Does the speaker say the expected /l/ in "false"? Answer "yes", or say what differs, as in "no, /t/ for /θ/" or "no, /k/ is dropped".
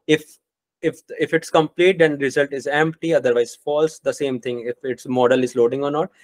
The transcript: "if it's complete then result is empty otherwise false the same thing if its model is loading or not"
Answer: yes